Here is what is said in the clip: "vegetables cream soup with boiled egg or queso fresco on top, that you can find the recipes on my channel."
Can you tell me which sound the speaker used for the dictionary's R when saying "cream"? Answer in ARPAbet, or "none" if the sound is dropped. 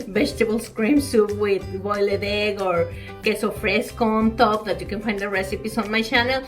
R